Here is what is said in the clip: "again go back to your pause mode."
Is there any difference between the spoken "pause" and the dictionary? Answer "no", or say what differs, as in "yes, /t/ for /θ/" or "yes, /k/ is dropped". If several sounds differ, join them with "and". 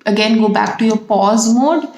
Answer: no